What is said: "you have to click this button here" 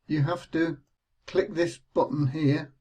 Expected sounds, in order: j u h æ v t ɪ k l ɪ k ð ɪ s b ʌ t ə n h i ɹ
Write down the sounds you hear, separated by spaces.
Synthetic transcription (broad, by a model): j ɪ h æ f t ɪ k l ɪ k ð ɪ s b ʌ t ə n h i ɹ